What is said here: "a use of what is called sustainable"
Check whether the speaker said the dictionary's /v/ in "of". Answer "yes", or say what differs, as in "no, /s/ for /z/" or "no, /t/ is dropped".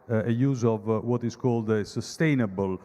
yes